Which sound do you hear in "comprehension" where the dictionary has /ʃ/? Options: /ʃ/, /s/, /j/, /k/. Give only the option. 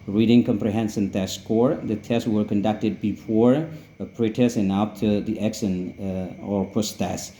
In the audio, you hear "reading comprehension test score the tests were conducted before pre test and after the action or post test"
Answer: /s/